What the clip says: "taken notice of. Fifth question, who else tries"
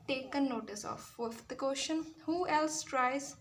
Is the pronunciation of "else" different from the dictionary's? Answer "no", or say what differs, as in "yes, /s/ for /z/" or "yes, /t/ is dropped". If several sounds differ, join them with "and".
no